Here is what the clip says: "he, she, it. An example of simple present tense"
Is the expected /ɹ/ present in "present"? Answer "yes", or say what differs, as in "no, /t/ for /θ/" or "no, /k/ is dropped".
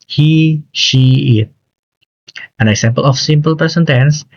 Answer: no, /ɹ/ is dropped